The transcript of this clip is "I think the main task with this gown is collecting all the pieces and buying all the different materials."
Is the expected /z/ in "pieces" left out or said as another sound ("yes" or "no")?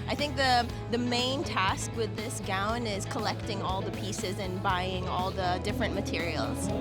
no